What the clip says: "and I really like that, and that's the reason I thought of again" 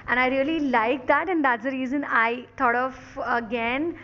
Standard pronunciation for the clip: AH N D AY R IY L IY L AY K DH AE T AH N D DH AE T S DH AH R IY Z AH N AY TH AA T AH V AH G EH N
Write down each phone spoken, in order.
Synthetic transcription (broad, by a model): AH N AY R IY L IY L AY K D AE T AH N D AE T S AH R IY Z AH N AY T AA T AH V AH G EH N